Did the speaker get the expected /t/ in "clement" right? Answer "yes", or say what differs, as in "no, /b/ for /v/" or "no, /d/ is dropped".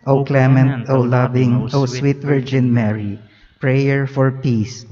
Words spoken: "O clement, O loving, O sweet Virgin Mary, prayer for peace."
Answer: yes